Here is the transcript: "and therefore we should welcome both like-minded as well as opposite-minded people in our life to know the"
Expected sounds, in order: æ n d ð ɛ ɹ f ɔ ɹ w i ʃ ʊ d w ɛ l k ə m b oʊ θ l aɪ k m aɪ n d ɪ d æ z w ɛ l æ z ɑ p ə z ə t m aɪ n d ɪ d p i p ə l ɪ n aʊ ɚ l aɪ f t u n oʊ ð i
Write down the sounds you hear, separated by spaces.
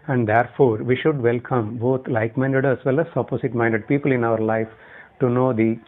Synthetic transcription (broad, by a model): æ n d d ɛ ɹ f ɔ ɹ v i ʃ ʊ d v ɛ l k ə m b oʊ t l aɪ k m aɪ n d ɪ d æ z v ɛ l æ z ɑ p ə s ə t m aɪ n d ɪ d p i p ə l ɪ n aʊ ɚ l aɪ f t u n oʊ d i